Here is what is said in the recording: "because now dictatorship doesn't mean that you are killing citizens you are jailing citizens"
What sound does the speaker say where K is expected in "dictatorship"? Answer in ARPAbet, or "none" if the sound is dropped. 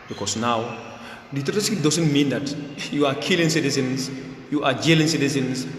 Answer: none